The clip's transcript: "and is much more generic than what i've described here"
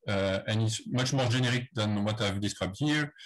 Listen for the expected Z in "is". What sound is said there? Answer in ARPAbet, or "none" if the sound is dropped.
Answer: S